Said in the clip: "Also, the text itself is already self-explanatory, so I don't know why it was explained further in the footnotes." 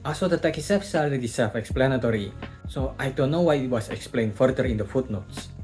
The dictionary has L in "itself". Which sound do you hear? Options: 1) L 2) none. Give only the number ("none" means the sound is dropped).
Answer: 2